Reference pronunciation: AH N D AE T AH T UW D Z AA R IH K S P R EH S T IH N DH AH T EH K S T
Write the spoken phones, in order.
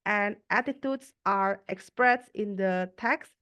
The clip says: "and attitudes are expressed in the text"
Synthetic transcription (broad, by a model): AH N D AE T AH T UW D S AA R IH K S P R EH S IH N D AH T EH K S